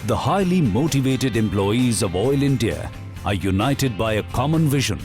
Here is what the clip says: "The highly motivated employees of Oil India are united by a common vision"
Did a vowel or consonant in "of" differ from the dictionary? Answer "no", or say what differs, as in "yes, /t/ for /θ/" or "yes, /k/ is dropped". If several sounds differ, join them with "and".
no